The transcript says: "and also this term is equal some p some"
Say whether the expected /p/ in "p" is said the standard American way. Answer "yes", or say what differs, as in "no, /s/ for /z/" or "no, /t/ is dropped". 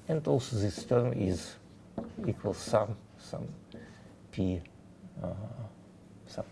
yes